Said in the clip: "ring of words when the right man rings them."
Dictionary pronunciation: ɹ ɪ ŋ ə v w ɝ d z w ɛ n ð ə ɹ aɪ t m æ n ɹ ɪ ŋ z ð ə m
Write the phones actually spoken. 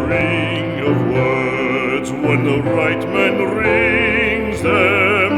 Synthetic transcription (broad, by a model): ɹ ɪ ŋ ə v w ɝ d z w ɛ n ð ə ɹ aɪ t m æ n ɹ ɪ ŋ z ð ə m